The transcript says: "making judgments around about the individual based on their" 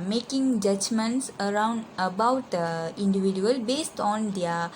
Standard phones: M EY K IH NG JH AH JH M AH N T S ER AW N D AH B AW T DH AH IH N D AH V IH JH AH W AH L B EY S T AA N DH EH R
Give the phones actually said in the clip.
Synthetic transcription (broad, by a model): M EY K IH NG JH AH JH M AH N T S ER AW N D AH B AW T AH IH N D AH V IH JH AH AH L B EY S T AA N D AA